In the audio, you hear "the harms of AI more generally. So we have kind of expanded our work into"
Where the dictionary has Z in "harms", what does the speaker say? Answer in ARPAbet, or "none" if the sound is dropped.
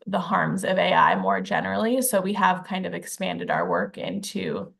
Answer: Z